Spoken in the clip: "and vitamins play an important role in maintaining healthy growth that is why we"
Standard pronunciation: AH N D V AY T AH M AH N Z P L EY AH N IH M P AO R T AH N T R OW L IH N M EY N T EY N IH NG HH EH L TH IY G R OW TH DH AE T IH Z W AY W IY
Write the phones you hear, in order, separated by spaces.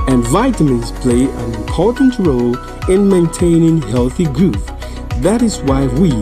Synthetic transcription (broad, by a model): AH N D V AY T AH M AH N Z P L EY AH N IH M P AO R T N T R OW L IH N M EY N T EY N IH NG HH EH L TH IY G R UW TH DH AE T IH Z W AY W IY